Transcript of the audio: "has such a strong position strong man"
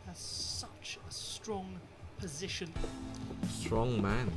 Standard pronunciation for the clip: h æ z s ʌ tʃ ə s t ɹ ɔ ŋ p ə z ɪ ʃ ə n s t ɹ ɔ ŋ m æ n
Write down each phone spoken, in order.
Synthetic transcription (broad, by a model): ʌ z s ʌ tʃ ə s t ɹ ɔ ŋ p ə z ɪ ʃ ə n s t ɹ ɔ ŋ m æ n